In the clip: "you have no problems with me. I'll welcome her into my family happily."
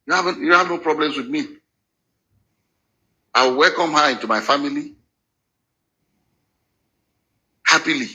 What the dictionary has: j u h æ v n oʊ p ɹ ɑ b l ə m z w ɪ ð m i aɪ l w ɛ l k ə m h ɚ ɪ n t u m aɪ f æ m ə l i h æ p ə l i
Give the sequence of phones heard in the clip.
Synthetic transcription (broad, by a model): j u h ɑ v n oʊ p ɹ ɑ b l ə m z w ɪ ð m i aɪ w w ɛ l k ə m h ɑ ɪ n t u m aɪ f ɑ m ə l i h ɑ p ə l i